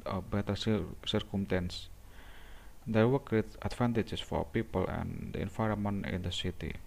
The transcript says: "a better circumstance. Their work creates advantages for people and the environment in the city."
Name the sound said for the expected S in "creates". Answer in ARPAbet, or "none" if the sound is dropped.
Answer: none